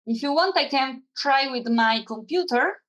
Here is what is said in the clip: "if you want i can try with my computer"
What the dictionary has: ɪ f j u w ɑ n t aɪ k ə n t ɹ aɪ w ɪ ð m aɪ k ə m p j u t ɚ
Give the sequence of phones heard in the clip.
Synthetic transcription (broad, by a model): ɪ f j u w ɑ n t aɪ k ə n t ɹ aɪ w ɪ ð m aɪ k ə m p j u t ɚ